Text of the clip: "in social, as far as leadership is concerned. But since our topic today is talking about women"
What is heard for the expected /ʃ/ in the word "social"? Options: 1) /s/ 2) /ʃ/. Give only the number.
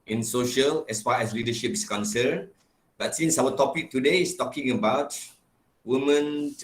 2